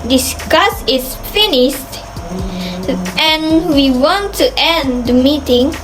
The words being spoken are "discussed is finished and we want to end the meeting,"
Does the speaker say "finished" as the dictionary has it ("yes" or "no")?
yes